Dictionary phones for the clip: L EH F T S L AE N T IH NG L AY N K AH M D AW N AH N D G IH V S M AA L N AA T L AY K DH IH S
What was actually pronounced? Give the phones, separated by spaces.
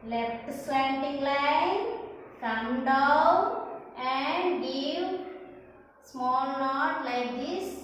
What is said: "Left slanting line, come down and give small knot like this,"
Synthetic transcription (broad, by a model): L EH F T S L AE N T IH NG L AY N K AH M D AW AH N D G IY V S M AA L N AA T L AY K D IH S